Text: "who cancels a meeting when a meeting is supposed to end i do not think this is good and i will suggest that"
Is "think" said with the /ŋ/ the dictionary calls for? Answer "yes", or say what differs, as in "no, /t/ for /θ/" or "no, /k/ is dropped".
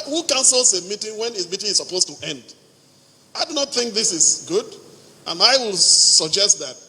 yes